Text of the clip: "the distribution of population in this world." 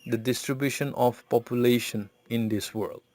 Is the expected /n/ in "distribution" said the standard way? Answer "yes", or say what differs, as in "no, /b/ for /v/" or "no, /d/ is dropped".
yes